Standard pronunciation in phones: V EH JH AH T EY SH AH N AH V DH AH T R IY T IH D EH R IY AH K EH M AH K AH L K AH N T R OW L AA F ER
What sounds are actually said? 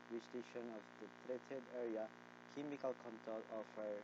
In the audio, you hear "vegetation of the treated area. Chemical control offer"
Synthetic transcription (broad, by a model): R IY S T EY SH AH N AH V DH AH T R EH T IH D EH R IY AH K EH M AH K AH L K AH N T OW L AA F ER